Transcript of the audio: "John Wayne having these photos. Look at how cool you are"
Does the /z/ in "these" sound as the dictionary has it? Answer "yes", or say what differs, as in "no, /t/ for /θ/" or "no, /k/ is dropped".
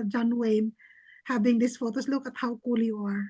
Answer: no, /s/ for /z/